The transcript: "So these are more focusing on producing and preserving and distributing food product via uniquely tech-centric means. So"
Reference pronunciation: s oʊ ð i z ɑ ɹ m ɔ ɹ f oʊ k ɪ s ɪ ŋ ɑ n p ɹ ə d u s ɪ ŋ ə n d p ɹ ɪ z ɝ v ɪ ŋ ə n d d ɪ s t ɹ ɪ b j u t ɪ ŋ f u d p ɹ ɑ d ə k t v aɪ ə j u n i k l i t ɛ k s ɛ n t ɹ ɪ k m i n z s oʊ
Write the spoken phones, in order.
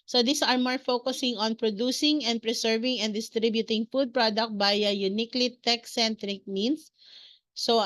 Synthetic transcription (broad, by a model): s oʊ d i s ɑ ɹ m ɔ ɹ f oʊ k ɪ s ɪ ŋ ɑ n p ɹ ə d u s ɪ ŋ ə n d p ɹ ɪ s ɝ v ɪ ŋ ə n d d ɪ s t ɹ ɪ b j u t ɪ ŋ f u d p ɹ ɑ d ə k t b aɪ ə j u n i k l i t ɛ k s ɛ n t ɹ ɪ k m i n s s oʊ